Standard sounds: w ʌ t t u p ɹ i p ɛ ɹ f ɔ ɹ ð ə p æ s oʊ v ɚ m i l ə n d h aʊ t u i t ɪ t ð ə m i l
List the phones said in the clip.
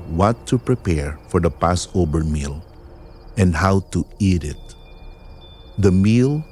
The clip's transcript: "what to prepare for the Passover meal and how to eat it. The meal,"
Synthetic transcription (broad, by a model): w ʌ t t u p ɹ i p ɛ ɹ f ɔ ɹ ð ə p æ s oʊ b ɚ m i l ə n d h aʊ t u i t ɪ t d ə m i l